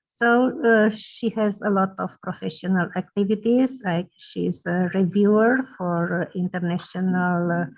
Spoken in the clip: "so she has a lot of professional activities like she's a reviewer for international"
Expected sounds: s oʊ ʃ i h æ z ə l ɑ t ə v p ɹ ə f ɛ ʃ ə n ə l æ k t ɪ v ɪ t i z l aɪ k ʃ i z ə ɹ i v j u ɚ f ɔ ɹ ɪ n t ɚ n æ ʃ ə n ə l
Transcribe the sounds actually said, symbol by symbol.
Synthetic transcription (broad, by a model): s oʊ ʃ i h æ z ə l ɑ t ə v p ɹ ə f ɛ ʃ ə n ə l æ k t ɪ v ɪ t i z l aɪ k ʃ i z ə ɹ i v j u ɚ f ɔ ɹ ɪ n t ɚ n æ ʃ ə n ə l